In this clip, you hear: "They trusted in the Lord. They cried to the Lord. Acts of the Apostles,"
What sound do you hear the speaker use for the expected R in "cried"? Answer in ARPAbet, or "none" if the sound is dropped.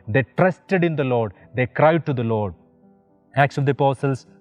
R